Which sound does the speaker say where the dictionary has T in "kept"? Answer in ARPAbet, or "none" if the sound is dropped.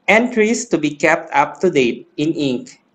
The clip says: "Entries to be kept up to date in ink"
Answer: T